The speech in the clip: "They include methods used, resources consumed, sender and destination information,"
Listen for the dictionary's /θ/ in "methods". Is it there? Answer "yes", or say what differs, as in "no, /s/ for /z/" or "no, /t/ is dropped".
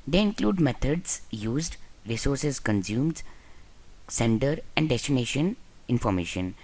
no, /t/ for /θ/